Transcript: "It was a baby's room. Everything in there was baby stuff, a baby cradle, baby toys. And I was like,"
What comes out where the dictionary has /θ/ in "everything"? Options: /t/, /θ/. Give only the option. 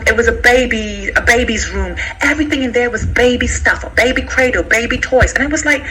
/θ/